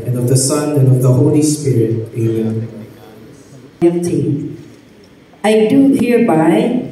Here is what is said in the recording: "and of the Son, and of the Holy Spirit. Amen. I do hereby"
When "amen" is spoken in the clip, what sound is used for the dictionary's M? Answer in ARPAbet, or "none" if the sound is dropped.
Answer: none